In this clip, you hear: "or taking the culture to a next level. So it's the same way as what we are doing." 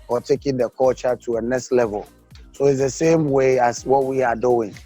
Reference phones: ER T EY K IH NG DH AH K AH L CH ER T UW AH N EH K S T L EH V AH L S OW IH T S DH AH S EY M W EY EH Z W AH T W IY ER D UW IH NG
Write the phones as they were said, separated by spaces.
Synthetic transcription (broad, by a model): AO T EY K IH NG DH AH K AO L CH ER T UW AH N EH K S T L EH V AH L S OW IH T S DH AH S EY M W EY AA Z W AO T W IY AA D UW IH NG